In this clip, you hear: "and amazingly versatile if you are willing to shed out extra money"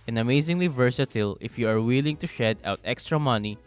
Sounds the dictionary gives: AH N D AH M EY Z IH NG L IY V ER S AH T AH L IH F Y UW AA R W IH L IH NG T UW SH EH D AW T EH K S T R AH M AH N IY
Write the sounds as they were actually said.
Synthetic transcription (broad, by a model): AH N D AH M EY Z IH NG L IY V ER S AH T AH L IH F Y UW AA R W IH L IH NG T UW SH EH D AW T EH K S T R AH M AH N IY